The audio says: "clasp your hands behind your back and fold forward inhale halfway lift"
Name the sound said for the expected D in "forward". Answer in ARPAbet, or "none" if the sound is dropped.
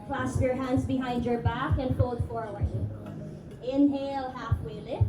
none